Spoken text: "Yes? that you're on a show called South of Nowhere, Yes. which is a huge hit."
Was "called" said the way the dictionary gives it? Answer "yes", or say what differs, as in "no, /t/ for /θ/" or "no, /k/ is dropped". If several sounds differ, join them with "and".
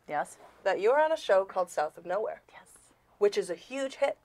yes